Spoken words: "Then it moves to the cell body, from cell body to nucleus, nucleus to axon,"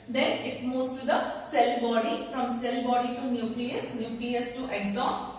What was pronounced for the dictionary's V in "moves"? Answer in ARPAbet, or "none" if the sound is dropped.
none